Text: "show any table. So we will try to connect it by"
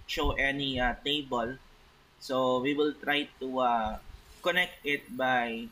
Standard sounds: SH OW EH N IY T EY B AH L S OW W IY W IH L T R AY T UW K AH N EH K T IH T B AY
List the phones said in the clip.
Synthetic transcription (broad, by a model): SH OW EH N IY T EY B AH L S OW W IY W IH L T R AY T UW K AH N EH K T IH T B AY